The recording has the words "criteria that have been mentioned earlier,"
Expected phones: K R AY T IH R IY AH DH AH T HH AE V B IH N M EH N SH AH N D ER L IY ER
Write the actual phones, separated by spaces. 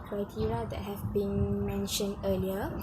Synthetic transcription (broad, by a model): K R AY T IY R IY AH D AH T HH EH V B IH N M EH N SH AH N D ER L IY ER